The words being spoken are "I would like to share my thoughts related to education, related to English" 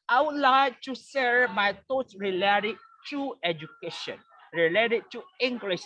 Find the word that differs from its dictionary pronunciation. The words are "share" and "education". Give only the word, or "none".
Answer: share